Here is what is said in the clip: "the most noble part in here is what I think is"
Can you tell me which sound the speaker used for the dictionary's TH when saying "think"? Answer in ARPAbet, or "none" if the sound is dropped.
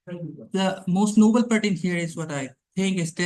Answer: T